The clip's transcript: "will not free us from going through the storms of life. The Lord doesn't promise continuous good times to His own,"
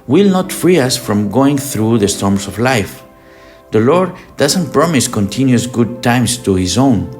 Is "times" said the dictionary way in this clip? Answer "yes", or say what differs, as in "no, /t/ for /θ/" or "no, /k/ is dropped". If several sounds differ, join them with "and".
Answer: no, /s/ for /z/